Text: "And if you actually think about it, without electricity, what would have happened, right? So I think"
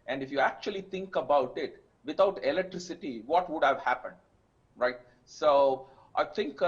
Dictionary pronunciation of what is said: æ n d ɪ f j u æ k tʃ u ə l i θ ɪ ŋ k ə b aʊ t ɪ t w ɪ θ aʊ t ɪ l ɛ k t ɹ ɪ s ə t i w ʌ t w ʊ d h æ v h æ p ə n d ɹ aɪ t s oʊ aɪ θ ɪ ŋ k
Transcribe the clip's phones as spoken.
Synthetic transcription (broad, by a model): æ n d ɪ f j u æ k tʃ u ə l i t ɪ ŋ k ə b aʊ t ɪ t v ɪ t aʊ t ɪ l ɛ k t ɹ ɪ s ə t i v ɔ t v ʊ d h æ v h æ p ə n d ɹ aɪ t s oʊ aɪ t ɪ ŋ k